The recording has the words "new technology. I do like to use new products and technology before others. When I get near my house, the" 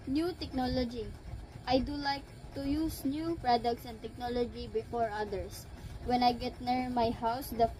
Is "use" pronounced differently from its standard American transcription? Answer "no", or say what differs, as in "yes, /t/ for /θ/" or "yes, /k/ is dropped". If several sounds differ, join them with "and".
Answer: no